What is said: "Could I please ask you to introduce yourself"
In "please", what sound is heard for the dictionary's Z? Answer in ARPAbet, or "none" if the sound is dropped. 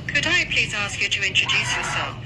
Z